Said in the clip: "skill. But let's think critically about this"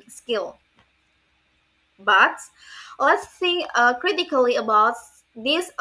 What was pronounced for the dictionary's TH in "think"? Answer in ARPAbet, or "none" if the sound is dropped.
S